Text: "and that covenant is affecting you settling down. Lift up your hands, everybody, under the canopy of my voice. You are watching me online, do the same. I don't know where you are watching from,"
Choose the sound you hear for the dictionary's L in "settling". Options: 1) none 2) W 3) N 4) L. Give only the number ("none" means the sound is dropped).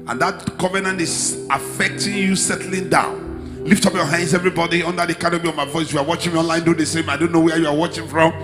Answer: 4